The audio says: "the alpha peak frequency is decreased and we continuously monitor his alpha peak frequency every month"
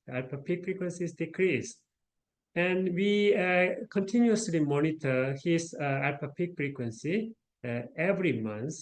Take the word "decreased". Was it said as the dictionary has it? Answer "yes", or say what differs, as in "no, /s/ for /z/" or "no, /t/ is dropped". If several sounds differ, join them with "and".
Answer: no, /t/ is dropped